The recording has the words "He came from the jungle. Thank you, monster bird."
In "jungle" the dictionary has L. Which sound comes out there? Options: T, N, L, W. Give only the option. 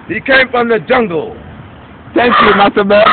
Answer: L